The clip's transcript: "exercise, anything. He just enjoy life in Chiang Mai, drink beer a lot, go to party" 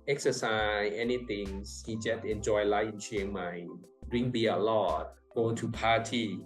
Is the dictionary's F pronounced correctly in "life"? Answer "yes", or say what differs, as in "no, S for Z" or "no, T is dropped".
no, F is dropped